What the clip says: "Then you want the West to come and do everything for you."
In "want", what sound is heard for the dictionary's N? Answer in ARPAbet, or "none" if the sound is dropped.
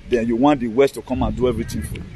N